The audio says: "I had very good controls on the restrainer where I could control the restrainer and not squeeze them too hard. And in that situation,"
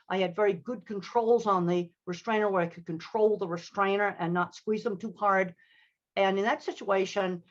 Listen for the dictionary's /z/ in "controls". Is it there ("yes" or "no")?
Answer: yes